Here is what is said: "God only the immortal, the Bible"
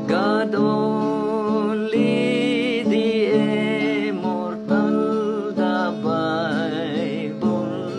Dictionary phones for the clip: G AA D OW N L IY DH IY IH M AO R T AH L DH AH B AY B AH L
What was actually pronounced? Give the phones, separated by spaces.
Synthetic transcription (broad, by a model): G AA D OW L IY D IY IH M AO R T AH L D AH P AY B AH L